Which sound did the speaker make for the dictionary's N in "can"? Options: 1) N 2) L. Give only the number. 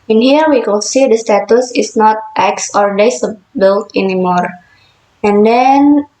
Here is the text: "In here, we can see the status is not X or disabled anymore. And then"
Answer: 2